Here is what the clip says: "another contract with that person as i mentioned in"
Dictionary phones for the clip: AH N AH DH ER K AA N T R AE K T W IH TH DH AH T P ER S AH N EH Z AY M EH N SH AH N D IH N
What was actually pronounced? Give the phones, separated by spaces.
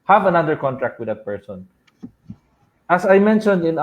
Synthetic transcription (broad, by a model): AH N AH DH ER K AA N T R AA K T W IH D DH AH T P ER S AH N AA S AY M EH N SH AH N D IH N